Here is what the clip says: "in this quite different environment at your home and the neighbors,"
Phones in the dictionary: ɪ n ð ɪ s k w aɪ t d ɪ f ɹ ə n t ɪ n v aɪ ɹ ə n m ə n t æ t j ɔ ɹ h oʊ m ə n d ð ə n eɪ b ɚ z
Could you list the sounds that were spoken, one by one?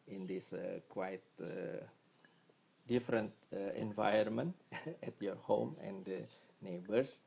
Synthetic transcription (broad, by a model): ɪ n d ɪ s k w aɪ t d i f ɹ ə n t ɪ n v aɪ ə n m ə n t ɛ t j ɔ ɹ h oʊ m ə n d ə n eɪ b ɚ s